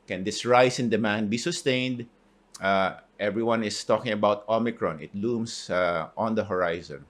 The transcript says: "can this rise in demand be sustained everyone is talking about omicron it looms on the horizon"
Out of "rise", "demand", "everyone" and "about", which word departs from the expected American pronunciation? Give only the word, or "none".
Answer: rise